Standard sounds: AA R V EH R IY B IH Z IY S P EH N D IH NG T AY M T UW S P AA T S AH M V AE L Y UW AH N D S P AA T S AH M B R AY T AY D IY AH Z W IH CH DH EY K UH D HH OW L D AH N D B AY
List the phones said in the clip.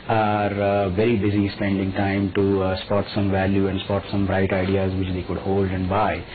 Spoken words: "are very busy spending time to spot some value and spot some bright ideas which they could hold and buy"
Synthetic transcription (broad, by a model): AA R V EH R IY B IH Z IY S P EH N D IH NG T AY M T UW S P AA T S AH M V AE L Y UW AH N D S P AA T S AH M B R AY T AY D IY AH Z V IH CH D EY K UH D HH OW L D AH N D B AY